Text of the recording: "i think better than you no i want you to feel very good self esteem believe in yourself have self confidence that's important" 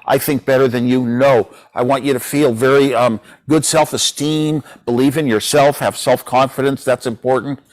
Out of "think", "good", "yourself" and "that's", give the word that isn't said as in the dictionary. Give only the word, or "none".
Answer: none